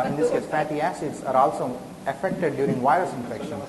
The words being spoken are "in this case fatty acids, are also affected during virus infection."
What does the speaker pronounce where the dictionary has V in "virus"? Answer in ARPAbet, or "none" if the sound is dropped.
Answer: V